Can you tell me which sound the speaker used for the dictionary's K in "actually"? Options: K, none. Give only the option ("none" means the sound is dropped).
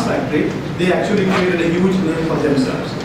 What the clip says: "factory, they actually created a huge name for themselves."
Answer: K